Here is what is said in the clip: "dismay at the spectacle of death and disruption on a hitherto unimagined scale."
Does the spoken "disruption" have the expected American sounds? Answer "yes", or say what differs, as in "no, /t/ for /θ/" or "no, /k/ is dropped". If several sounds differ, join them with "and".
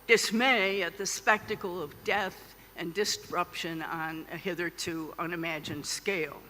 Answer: yes